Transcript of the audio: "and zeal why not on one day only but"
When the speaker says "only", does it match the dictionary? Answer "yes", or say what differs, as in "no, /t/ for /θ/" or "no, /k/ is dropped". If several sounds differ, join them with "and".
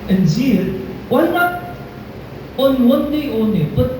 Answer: no, /l/ is dropped